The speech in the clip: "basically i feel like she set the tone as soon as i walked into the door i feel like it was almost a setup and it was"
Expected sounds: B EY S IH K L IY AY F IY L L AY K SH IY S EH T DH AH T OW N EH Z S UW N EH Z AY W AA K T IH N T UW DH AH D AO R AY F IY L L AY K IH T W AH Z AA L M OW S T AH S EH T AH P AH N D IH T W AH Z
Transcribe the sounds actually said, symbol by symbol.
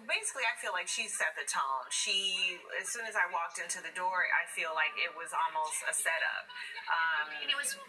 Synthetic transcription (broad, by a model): B EY S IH K L IY AY F IY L L AY K SH IY S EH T DH AH T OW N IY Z S UW N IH Z AY W AA K T IH N T UW DH AH D AO R AY F IY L L AY K IH T W AH Z AA L M OW S T AH S EH T AH P AH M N IH T W AH Z